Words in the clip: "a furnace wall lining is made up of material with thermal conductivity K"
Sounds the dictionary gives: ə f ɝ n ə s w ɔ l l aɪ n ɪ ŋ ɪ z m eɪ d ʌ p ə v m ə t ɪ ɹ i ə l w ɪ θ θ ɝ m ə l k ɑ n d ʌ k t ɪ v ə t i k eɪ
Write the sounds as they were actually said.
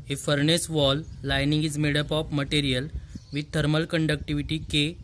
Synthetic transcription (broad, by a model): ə f ɝ n ə s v ɔ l l aɪ n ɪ ŋ ɪ z m eɪ d ʌ p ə p m ə t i ɹ i ə l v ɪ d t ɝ m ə l k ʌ n d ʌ k t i v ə t i k eɪ